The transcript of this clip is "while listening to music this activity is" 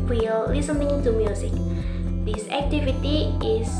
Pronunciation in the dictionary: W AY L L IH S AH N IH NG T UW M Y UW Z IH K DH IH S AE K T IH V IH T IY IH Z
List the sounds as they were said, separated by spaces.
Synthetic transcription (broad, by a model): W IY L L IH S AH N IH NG T UW M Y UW S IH K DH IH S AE K T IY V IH T IY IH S